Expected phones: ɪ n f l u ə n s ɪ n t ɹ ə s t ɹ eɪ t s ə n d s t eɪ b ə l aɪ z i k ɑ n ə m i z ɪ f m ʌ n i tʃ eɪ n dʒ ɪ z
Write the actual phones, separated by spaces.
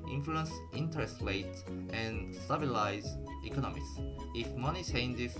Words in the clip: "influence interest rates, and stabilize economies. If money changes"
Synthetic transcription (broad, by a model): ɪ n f l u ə n s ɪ n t ɹ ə s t l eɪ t ə n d s t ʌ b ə l aɪ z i k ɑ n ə m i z ɪ f m ʌ n i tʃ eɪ n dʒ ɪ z